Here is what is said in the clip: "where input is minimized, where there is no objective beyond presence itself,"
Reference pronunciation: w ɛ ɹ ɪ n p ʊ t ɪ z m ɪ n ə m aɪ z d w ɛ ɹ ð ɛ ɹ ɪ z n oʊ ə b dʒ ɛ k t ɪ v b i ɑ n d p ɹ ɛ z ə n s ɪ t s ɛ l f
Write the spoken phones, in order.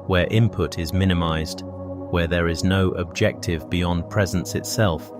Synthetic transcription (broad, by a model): w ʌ ɹ ɪ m p ʊ t ɪ z m ɪ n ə m aɪ z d w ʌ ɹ ð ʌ ɹ ɪ z n oʊ ə b dʒ ɛ k t ɪ v b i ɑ n p ɹ ɛ z ə n s ɪ t s ɛ l f